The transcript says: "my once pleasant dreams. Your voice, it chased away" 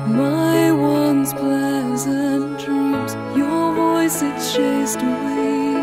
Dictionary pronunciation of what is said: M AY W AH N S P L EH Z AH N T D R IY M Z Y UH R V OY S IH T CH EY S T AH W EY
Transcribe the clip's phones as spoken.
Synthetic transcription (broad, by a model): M AY W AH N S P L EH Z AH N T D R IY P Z Y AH R V OY S IH T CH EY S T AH W EY